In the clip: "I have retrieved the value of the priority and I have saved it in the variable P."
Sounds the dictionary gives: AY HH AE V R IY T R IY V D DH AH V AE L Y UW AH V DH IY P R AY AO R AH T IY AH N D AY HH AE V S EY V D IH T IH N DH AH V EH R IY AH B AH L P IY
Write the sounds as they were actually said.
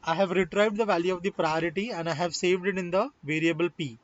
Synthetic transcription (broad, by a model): AY HH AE V R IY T R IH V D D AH V AE L Y UW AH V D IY P R AY AO R AH T IY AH N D AY HH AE V S EY V D IH T IH N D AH V EH R IY AH B AH L P IY